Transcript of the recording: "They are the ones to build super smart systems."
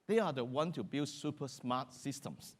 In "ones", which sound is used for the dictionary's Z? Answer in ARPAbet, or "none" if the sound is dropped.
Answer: none